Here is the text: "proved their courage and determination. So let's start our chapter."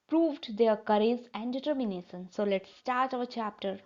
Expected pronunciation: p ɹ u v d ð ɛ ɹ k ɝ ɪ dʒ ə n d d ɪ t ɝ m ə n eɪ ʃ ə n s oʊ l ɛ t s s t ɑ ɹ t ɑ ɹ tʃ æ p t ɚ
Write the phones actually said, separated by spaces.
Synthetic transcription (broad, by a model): p ɹ u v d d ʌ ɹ k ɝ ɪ z ə n d d ɪ t ɝ m ə n eɪ ʃ ə n s oʊ l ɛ t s s t ɑ ɹ t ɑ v tʃ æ p t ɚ